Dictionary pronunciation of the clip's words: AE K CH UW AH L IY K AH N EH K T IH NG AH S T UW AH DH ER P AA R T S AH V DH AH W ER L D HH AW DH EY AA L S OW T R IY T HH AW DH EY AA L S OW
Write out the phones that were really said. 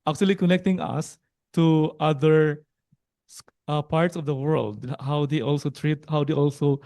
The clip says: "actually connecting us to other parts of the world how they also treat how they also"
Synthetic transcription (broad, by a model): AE K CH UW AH L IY K AH N EH K T IH NG AH S T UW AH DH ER P AA R T S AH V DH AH W ER L D HH AW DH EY AA L S OW T R IY T HH AW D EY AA L S OW